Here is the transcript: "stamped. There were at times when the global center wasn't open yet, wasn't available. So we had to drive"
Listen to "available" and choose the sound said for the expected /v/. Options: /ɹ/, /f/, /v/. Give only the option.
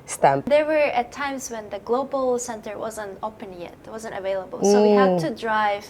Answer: /v/